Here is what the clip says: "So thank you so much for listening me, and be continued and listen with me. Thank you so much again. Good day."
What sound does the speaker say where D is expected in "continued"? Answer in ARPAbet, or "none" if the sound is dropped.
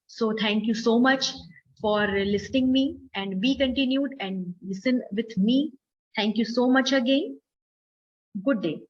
D